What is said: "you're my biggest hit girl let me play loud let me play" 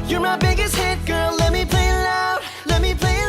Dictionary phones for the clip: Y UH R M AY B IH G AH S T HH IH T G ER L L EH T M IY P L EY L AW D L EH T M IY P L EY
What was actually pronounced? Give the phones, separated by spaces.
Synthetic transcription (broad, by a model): Y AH R M AY B IH G AH S T HH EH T G ER L L EH T M IY P L EY N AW L EH T M IY P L EY